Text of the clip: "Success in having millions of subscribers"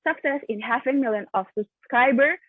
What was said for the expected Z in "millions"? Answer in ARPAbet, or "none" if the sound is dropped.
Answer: none